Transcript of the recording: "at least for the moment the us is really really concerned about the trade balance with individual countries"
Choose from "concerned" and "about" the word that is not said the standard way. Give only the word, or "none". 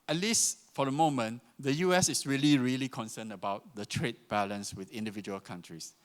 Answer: concerned